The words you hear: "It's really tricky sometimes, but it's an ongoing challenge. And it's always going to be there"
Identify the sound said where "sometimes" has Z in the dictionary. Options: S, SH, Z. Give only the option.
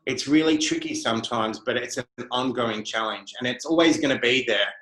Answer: Z